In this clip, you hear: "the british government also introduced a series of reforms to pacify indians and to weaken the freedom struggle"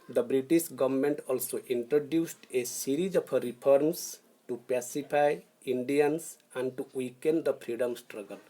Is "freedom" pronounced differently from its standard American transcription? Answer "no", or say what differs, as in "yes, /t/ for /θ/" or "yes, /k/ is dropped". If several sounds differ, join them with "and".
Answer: yes, /p/ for /f/